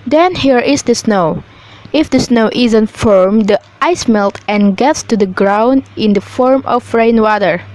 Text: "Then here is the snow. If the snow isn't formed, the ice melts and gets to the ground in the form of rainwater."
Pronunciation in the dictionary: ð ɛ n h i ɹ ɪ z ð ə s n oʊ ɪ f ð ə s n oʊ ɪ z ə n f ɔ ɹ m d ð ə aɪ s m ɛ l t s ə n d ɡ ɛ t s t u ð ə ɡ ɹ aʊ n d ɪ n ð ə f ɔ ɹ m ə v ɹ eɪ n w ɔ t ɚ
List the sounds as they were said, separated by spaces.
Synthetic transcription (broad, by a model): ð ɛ n h i ɹ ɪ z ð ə s n oʊ ɪ f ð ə s n oʊ ɪ z ə n f ɔ ɹ m d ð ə aɪ s m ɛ l t ə n ɡ ɛ t s t u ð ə ɡ ɹ aʊ n d ɪ n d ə f ɔ ɹ m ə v ɹ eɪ n w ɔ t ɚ